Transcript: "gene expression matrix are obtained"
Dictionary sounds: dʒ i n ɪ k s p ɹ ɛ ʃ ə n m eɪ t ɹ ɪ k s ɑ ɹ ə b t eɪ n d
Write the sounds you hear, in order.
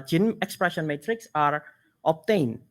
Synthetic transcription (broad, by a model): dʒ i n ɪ k s p ɹ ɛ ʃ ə n m eɪ t ɹ ɪ k s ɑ ɹ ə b t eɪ n